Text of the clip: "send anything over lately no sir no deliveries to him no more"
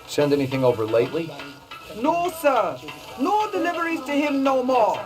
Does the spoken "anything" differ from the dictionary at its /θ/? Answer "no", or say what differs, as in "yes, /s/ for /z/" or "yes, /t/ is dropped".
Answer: no